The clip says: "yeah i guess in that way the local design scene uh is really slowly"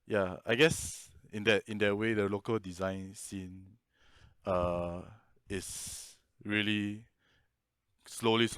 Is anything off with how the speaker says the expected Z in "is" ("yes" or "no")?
yes